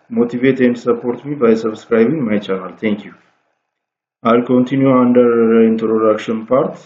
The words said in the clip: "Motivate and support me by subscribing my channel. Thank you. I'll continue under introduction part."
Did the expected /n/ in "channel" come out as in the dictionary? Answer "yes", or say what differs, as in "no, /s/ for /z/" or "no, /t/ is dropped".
no, /l/ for /n/